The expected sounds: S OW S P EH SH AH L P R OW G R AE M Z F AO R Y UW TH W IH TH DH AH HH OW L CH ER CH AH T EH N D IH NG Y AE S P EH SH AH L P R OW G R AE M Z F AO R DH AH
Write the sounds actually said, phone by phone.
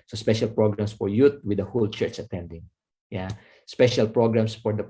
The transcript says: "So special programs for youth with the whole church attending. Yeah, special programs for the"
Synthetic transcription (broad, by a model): S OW S P EH SH AH L P R OW G R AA M S F AO R Y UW T W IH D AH HH OW L CH ER CH AH T EH N D IH NG Y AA S P EH SH AH L P R OW G R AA M S F AO R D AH